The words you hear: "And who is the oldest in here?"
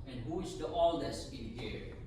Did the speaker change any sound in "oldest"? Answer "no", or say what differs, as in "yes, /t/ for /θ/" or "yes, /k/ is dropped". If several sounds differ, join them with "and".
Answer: yes, /t/ is dropped